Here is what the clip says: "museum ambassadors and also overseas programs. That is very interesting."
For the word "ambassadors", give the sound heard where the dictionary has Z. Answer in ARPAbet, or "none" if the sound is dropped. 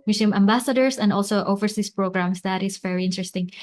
S